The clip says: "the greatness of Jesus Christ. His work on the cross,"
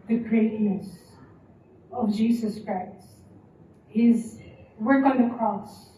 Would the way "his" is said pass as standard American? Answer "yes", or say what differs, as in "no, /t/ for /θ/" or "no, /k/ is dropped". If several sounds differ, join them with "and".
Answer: yes